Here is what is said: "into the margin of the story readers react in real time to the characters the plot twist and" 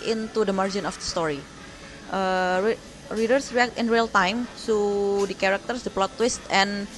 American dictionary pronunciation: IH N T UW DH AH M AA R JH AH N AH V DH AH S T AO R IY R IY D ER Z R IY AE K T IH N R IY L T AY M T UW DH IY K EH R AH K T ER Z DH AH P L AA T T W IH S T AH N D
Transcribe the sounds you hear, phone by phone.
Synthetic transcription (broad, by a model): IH N T UW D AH M AA R JH AH N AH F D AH S T AO R IY R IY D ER S R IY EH K T IH N R IY L T AY M S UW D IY K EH R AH K T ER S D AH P L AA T T W IH S T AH N